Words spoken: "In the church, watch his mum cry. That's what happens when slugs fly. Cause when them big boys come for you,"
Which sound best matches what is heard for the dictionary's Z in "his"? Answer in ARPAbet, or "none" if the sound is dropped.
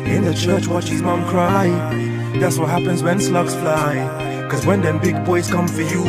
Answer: Z